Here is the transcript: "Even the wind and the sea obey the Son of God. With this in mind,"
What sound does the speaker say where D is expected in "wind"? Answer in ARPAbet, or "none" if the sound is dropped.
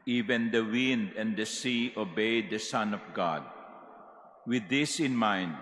D